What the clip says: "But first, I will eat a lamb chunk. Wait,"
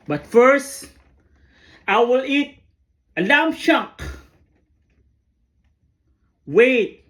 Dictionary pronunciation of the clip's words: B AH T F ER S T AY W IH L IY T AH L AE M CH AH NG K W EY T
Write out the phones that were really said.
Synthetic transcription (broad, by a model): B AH T F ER S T AY W IH L IY T AH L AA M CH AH K W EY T